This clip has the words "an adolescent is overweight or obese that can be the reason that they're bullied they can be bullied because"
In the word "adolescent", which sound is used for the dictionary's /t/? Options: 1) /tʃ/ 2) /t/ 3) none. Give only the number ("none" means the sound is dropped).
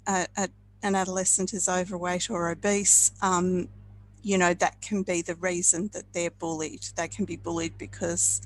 2